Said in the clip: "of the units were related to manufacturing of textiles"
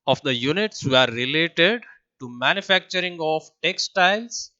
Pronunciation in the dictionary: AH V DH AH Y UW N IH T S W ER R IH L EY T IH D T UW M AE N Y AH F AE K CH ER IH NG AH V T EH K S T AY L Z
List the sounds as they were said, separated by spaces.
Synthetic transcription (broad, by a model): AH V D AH Y UW N IH T S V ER R IH L EY T IH D T UW M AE N Y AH F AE K CH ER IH NG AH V T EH K S T AY L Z